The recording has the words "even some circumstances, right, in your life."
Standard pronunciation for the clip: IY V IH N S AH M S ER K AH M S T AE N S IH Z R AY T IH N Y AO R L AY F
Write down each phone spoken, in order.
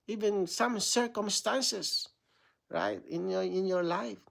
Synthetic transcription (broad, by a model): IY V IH N S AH M S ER K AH M S T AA N S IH S R AY T IH N Y AO R L AY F